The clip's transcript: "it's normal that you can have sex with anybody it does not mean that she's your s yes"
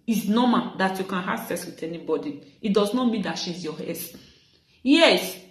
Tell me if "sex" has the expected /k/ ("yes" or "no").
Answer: no